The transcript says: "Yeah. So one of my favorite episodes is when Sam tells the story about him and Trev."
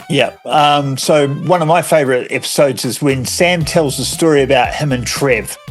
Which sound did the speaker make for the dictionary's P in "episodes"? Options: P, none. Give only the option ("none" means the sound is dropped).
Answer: P